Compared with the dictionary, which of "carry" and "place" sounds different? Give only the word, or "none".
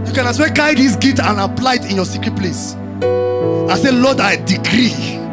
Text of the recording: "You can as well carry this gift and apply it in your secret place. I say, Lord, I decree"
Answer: carry